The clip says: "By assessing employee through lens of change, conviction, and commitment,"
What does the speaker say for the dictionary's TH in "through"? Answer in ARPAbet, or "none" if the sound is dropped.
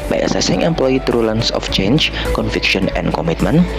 T